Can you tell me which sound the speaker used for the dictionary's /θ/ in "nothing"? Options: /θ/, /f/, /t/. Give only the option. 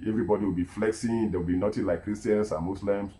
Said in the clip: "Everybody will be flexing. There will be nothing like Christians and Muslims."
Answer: /t/